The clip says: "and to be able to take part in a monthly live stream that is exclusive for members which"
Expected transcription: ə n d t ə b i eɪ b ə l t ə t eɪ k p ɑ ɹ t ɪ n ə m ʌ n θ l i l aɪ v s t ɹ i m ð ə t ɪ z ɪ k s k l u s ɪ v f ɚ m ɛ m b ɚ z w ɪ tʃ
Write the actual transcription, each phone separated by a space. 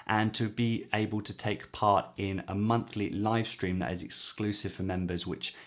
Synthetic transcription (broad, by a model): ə n t ə b i eɪ b ə l t ə t eɪ k p ɑ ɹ t ɪ n ə m ʌ n θ l i l aɪ v s t ɹ i m ð ə t ɪ z ɪ k s k l u s ɪ v f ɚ m ɛ m b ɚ z w ɪ tʃ